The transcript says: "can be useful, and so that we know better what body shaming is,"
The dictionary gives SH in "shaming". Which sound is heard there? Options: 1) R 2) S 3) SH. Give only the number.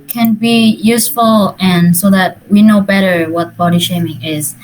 3